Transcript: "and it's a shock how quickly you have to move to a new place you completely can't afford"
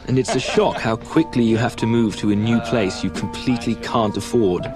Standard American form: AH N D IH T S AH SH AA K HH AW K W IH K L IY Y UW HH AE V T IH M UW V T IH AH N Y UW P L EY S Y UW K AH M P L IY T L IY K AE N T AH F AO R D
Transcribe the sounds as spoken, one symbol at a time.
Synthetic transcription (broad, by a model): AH N IH T S AH SH AA K HH AW K W IH K L IY Y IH HH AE F T IH M UW V T IH AH N Y UW P L EY S Y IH K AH M P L IY T L IY K AE N T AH F AO R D